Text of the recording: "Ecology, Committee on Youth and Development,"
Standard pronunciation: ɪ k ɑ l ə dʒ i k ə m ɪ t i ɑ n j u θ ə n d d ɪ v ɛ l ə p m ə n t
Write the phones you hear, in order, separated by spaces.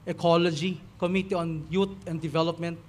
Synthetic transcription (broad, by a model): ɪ k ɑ l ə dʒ i k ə m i t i ɑ n j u t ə n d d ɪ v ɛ l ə p m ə n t